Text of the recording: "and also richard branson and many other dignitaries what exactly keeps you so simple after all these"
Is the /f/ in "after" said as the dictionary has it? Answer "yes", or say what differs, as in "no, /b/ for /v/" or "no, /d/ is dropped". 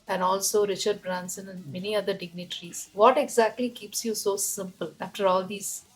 yes